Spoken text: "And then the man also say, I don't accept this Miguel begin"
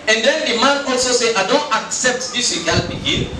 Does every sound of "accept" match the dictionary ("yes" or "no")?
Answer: yes